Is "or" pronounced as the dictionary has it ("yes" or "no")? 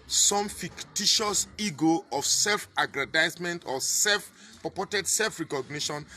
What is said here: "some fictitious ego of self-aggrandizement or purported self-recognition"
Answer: no